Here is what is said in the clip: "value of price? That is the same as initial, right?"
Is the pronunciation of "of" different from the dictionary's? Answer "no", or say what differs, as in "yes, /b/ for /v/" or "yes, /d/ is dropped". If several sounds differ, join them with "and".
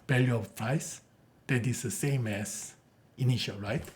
yes, /f/ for /v/